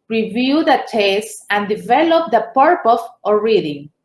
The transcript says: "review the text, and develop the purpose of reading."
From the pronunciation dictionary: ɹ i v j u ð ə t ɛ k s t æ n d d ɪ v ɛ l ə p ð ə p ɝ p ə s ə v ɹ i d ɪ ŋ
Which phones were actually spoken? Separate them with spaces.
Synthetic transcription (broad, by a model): ɹ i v j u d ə t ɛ s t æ n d d ɪ v ɛ l ə p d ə p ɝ p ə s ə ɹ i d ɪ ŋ